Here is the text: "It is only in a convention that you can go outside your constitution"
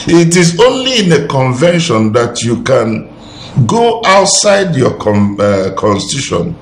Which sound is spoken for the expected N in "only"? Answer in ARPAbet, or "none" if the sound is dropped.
N